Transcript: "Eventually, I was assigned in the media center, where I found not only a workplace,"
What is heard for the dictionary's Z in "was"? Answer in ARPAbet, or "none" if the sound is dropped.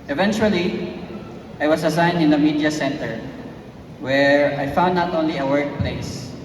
S